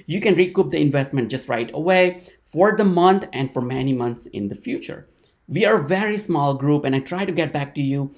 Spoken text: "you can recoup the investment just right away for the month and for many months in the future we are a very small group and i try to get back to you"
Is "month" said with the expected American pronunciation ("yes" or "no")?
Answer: no